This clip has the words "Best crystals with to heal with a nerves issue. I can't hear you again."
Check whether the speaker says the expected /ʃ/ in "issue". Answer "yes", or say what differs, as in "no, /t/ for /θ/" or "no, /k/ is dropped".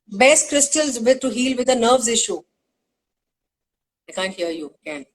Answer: yes